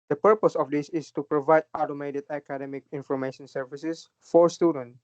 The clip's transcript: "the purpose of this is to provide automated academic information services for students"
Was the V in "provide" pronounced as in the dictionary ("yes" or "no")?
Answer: yes